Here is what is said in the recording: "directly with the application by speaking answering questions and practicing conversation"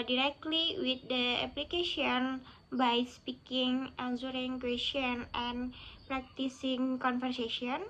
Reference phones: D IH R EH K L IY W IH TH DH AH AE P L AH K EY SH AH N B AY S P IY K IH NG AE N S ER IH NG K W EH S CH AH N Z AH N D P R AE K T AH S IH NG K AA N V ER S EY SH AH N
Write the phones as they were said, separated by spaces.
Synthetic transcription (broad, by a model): D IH R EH K L IY W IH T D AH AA P L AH K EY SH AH N B AY S P IY K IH NG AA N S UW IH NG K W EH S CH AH N AH N P R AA K T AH S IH NG K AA N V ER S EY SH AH N